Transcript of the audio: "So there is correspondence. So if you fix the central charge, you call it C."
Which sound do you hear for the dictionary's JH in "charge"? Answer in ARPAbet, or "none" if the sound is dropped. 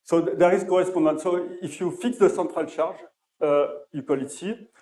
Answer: ZH